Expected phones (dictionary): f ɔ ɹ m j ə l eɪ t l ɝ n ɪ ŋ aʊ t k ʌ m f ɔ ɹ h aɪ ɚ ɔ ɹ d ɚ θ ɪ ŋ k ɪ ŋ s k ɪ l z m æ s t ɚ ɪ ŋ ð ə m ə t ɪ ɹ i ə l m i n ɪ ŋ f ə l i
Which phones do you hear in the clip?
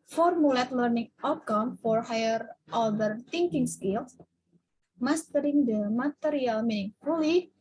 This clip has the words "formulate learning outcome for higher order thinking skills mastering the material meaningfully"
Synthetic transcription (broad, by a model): f ɔ ɹ m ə l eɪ t l ɝ n ɪ ŋ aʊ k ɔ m f ɔ ɹ h aɪ ɚ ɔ l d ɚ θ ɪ ŋ k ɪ ŋ s k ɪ l s m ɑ s t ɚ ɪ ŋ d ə m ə t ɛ ɹ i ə l m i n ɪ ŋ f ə l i